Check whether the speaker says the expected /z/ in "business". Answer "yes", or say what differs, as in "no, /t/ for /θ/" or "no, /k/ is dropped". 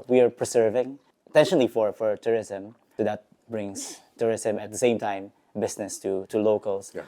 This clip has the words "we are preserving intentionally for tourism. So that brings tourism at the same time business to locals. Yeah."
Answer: no, /s/ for /z/